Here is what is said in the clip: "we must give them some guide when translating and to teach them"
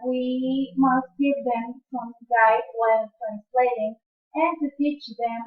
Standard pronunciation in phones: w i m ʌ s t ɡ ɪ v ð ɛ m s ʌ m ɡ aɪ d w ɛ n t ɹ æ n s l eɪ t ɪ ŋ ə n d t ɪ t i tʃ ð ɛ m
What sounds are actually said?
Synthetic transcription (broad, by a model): w i m ʌ s t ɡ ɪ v ð ɛ m s ʌ m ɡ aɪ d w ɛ l t ɹ æ n s l eɪ t ɪ ŋ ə n t ɪ t i tʃ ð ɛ m